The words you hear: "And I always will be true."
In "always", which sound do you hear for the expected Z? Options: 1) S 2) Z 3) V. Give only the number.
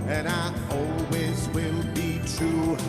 2